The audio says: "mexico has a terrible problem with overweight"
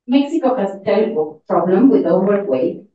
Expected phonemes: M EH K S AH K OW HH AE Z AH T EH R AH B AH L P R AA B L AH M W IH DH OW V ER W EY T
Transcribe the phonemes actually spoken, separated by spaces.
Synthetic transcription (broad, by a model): M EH K S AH K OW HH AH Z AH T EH L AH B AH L P R AA B L AH M W IH DH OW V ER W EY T